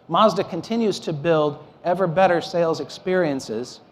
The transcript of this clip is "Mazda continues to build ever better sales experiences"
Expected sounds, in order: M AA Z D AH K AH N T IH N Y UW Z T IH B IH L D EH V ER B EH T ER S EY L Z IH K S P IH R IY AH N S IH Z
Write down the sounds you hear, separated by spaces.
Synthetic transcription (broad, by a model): M AA Z D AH K AH N T IH N Y UW Z T IH B IH L D EH V ER B EH T ER S EY L Z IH K S P IH R IY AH N S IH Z